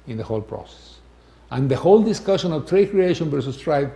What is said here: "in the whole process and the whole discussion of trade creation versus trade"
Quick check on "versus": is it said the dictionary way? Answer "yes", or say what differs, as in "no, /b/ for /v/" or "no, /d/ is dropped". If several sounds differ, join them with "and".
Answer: no, /w/ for /v/